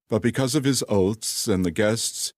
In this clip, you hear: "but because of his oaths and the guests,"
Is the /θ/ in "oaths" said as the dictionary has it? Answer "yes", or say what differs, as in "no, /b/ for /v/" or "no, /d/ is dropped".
no, /t/ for /θ/